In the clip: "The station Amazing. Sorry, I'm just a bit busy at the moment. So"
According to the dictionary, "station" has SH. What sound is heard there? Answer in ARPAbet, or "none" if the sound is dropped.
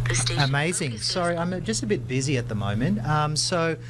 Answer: none